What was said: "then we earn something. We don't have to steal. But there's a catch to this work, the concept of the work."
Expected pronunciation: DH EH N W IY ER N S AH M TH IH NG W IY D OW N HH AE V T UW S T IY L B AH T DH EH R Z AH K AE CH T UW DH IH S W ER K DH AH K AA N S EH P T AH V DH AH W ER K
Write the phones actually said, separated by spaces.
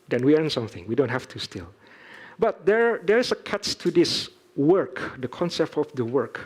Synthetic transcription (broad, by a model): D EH N W IY ER N S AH M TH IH NG W IY D OW N HH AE F T UW S T IY L B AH T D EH R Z AH K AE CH T UW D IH S W ER K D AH K AA N S EH P T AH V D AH W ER K